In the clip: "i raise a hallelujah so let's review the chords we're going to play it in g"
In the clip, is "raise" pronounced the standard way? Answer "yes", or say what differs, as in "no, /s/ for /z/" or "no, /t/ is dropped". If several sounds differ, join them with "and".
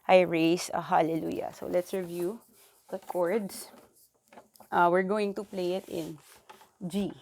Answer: no, /s/ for /z/